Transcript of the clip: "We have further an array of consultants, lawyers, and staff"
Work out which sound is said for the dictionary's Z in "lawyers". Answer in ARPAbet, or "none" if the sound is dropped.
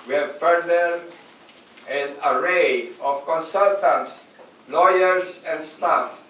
S